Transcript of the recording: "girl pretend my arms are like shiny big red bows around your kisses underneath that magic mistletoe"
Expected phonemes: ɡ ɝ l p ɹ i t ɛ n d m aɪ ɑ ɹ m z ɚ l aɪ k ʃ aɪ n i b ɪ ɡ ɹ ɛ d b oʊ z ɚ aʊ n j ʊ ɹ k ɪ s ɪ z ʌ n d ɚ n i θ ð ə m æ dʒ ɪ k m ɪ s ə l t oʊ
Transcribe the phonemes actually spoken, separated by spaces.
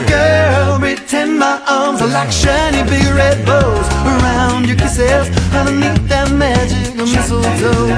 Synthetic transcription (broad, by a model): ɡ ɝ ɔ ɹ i t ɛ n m aɪ ɑ ɹ m z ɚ l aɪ k ʃ aɪ n i b ɪ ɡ ɹ ɛ d b oʊ z ɚ aʊ n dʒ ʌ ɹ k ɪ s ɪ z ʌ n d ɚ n i t ð ə m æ dʒ ɪ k m ɪ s l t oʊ